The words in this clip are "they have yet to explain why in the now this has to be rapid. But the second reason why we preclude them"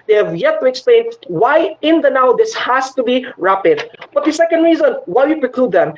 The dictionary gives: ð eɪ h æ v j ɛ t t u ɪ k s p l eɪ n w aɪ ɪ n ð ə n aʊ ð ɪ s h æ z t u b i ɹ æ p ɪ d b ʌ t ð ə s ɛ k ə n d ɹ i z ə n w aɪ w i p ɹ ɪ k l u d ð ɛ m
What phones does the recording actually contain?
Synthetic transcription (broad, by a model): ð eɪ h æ v j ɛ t t u ɪ k s p l eɪ n w aɪ ɪ n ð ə n aʊ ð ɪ s h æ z t u b i ɹ æ p ɪ d b ʌ t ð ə s ɛ k ə n d ɹ i z ə n w aɪ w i p ɹ ɪ k l u d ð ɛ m